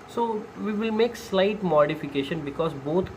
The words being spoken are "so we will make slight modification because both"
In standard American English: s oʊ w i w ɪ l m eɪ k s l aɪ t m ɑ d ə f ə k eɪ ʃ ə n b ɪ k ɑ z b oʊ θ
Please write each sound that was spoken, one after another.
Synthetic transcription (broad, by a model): s oʊ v i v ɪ l m eɪ k s l aɪ t m ɑ d ə f ə k eɪ ʃ ə n b ɪ k ɑ z b oʊ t